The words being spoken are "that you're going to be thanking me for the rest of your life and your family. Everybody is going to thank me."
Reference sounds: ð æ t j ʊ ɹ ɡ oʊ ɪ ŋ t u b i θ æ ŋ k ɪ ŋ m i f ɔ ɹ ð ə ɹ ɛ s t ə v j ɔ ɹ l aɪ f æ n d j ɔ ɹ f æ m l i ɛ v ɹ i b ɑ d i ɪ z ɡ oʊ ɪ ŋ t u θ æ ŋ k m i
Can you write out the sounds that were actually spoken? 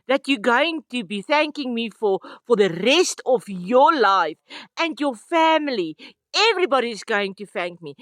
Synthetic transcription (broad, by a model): ð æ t j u ɡ oʊ ɪ ŋ t u b i θ æ ŋ k ɪ ŋ m i f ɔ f ð ə ɹ ɛ s t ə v j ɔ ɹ l aɪ f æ n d j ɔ f æ m l i ɛ v ɹ i b ɑ d i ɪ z ɡ oʊ ɪ ŋ t u θ æ ŋ k m i